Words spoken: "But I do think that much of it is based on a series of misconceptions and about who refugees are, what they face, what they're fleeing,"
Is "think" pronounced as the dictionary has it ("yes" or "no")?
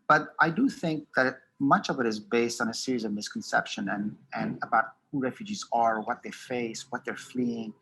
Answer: yes